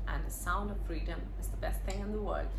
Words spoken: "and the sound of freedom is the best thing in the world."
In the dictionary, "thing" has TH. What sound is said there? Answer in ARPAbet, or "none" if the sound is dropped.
TH